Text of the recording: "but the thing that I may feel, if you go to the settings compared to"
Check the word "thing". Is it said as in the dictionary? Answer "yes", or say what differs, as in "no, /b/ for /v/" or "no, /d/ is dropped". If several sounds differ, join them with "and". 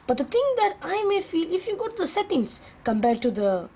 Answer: no, /t/ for /θ/